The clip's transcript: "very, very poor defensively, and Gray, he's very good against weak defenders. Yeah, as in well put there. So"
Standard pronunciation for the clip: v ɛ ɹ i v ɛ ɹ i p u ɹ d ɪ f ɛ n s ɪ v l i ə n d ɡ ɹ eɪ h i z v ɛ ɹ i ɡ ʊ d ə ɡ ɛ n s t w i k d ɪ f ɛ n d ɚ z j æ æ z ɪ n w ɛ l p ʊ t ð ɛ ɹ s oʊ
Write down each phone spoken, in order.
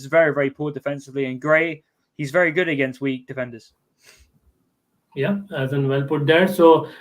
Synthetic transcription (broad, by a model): v ɛ ɹ i v ɛ ɹ i p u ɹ d ɪ f ɛ n s ɪ v l i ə n ɡ ɹ eɪ h i z v ɛ ɹ i ɡ ʊ d ə ɡ ɛ n s t w i k d ɪ f ɛ n d ɚ z j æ æ z ɪ n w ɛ l p ʊ t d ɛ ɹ s oʊ